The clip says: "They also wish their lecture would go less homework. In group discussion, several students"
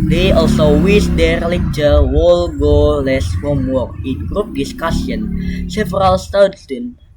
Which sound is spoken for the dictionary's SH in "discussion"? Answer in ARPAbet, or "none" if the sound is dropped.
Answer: S